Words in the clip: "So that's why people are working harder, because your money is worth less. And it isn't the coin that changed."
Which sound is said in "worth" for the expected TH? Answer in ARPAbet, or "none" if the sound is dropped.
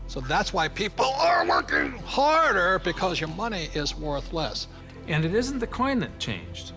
TH